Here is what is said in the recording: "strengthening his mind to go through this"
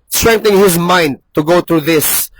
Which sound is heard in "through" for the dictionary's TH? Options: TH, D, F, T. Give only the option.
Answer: T